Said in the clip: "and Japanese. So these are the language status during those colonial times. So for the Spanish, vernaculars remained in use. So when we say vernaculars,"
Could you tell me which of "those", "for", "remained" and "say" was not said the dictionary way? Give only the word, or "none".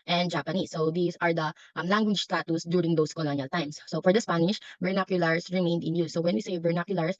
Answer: those